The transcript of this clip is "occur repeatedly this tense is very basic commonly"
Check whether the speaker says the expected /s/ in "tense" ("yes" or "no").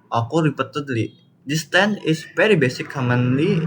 no